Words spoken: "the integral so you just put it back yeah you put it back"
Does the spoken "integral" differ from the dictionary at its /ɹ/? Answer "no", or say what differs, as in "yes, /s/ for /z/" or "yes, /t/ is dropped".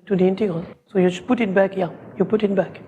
yes, /ɹ/ is dropped